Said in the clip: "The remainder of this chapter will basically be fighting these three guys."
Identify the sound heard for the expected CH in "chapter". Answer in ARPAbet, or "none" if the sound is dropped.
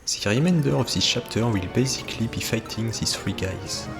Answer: SH